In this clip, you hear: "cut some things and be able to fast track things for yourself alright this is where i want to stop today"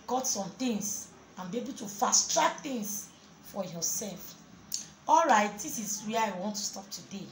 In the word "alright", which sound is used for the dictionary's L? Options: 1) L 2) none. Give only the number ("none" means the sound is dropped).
1